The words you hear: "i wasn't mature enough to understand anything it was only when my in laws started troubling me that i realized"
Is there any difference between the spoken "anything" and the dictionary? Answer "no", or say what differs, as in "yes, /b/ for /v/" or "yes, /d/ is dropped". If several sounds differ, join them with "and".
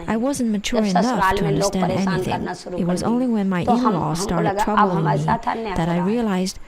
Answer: no